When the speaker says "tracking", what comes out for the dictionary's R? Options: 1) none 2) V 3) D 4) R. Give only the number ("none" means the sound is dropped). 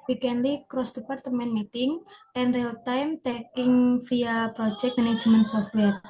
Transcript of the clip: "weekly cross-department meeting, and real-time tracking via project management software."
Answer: 1